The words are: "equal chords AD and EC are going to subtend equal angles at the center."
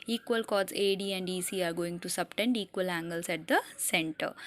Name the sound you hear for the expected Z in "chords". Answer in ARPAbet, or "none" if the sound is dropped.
none